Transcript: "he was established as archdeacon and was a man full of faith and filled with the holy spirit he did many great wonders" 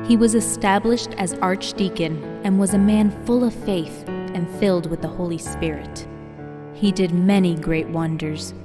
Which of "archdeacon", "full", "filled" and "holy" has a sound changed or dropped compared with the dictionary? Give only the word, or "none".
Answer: none